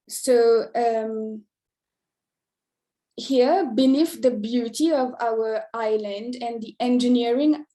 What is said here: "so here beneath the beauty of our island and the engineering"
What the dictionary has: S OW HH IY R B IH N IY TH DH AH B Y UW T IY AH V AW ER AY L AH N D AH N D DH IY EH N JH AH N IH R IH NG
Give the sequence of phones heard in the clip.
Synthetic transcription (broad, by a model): S OW HH IY R B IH N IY F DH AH B Y UW T IY AH V AW ER AY L AH N D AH N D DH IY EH N JH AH N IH R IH NG